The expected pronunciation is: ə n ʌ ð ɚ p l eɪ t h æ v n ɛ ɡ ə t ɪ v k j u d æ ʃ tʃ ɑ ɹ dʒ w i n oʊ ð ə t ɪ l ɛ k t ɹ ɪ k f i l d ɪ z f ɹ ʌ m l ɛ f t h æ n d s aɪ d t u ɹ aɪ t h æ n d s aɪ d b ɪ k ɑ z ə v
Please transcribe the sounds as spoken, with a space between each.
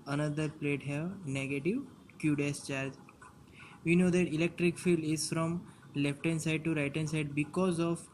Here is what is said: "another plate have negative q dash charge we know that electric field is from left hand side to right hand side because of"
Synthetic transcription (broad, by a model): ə n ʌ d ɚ p l eɪ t h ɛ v n ɛ ɡ ə t ɪ v k j u d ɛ s tʃ ɑ ɹ dʒ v i n oʊ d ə t ɪ l ɛ k t ɹ ɪ k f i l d ɪ z f ɹ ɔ m l ɛ f t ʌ n s aɪ d t u ɹ aɪ t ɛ n s aɪ d b ɪ k ɑ z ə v